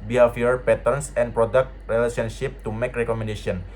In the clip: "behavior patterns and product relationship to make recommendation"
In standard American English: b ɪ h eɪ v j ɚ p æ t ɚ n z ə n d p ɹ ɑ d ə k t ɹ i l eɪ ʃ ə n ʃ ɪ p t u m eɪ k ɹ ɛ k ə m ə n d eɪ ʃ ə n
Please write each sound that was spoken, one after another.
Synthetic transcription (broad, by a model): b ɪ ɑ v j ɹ p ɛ t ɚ n s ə n p ɹ ɑ d ə k t ɹ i l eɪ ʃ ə n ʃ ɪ p t u m eɪ k ɹ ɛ k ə m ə n d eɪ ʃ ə n